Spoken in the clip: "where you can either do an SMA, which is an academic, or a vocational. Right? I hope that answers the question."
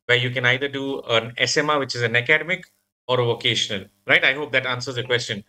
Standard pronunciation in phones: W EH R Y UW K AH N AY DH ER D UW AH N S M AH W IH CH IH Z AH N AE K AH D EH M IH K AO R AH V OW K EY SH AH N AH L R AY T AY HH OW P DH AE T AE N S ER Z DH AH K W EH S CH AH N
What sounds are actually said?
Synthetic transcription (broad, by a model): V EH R Y UW K AH N AY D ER D UW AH N S M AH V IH CH IH Z AH N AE K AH D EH M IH K AO R AH V OW K EY SH AH N AH L R AY T AY HH OW P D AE T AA N S ER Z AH K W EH S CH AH N